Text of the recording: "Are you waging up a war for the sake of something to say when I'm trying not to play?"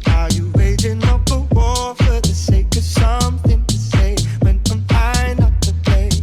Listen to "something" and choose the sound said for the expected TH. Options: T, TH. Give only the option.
TH